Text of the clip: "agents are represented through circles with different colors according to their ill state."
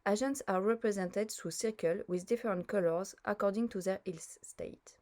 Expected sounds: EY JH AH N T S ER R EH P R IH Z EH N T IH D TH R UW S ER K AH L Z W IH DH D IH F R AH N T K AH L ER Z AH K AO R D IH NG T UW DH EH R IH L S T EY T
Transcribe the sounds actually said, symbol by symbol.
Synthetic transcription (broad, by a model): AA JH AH N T S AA R EH P R IH Z EH N T IH D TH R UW S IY K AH L W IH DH D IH F R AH N T K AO L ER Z AH K AO R D IH NG T UW DH EH R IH L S T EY T